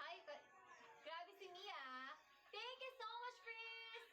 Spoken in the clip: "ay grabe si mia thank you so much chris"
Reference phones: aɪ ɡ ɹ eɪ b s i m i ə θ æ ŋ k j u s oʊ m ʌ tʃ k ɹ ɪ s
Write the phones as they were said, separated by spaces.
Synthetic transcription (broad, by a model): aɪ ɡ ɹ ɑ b s i m i ə t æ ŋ k j u s oʊ m ʌ tʃ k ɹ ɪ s